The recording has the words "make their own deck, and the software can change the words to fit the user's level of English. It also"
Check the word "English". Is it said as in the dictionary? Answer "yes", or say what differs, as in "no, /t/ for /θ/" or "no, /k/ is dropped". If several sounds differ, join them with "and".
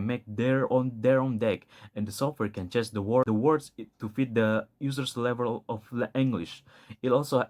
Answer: yes